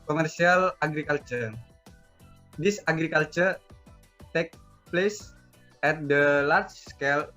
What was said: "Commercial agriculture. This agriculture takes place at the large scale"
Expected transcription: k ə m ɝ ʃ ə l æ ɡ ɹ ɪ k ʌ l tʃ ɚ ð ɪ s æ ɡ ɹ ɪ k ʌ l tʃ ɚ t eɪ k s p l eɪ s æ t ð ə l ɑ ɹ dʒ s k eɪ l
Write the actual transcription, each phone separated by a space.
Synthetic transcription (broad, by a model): k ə m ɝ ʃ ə l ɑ ɡ ɹ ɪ k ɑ l tʃ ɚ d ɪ s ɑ ɡ ɹ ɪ k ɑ l tʃ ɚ t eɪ k p l eɪ s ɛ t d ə l ɑ ɹ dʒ s k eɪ l